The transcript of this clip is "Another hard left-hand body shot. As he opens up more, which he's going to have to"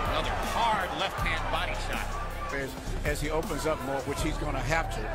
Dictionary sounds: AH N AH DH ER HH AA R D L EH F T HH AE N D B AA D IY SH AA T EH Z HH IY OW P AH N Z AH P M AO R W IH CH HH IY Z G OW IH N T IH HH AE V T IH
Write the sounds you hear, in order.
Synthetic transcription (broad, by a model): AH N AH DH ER HH AA R D L EH F T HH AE N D B AA D IY SH AA T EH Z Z IY OW P AH N Z AH P M AO R W IH CH HH IY Z G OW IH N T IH HH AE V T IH